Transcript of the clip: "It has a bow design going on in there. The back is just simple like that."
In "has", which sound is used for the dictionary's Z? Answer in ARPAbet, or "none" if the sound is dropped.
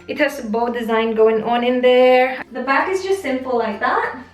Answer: S